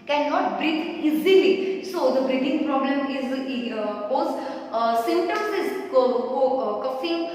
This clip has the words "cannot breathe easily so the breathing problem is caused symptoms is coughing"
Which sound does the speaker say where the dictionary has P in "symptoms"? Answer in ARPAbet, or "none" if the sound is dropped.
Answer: none